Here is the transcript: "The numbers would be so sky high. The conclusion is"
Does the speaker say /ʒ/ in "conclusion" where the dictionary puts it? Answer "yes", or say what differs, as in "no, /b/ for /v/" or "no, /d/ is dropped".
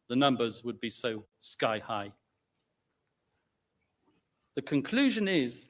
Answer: yes